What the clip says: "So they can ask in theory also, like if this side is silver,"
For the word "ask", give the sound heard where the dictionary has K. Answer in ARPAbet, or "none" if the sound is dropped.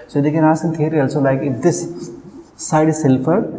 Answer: none